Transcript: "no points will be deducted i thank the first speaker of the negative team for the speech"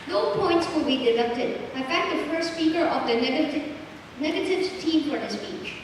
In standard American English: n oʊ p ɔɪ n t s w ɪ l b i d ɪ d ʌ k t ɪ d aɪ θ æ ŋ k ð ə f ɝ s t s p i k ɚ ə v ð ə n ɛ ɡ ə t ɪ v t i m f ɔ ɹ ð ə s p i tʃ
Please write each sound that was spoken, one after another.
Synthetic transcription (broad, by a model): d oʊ p ɔɪ n t s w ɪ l b i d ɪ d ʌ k t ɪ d aɪ f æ k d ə f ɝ s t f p i k ɚ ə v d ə n ɛ ɡ ə t ɪ v t i m f ɔ ɹ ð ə s p i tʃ